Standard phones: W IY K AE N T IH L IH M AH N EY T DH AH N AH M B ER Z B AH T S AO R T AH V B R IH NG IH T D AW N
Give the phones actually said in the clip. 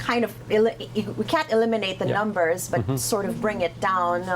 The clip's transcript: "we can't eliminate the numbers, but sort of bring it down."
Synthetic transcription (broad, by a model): W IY K AE N T IH L IH M AH N EY T DH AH N AH M B ER Z B AH T S AO R T AH V B R IH NG IH T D AW N